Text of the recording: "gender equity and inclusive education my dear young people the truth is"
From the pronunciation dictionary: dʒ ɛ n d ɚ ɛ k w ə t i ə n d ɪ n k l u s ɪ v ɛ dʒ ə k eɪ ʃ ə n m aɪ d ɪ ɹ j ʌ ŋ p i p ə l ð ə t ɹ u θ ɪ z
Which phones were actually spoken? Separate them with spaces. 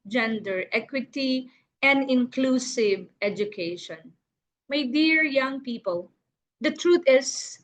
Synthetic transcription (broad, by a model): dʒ ɛ n d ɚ ɛ k w ə t i ə n d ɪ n k l u s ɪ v ɛ dʒ ə k eɪ ʃ ə n m aɪ d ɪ ɹ j ʌ ŋ p i p ə l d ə t ɹ u t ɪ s